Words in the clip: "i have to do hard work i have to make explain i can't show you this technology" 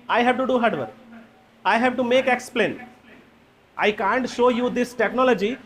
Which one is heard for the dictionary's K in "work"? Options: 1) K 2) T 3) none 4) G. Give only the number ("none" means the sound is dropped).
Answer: 3